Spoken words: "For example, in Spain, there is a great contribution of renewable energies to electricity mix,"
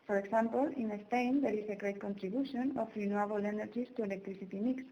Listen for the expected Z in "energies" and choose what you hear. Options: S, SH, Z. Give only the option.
S